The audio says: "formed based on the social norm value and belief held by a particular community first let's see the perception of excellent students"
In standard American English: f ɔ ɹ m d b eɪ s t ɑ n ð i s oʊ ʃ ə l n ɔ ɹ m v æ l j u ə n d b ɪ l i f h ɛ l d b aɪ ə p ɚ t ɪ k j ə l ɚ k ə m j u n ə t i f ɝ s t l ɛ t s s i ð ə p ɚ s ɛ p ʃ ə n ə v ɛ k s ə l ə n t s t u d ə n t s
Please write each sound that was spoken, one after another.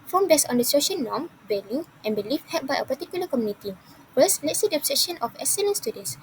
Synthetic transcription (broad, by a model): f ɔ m b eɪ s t ɑ n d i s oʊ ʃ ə n n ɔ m b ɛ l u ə n b ɪ l i f h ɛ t b aɪ ə p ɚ t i k j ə l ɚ k ə m j u n ə t i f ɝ s l ɛ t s s i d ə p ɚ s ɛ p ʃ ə n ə f ɛ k s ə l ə n s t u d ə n s